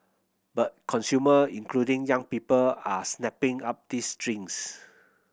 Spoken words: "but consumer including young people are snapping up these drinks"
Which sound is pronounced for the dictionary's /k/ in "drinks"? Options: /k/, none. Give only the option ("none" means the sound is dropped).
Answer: none